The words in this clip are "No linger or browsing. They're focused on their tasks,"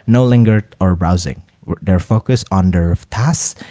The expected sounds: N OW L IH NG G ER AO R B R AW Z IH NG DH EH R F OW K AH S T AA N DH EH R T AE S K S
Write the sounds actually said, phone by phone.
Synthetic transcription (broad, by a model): N OW L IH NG G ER AO R B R AW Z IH NG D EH R F OW K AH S AA N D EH R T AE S S